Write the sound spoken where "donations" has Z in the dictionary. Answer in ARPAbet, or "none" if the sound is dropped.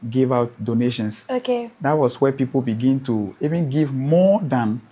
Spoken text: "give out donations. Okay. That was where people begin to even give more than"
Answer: S